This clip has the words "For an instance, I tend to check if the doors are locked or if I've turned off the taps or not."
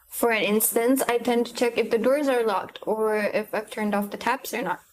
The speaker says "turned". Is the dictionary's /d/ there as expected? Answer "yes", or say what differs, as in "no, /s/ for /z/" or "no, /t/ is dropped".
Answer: yes